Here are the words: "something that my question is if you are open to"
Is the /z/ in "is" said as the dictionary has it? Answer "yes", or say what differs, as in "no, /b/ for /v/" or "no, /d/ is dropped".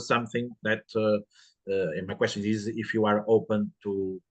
yes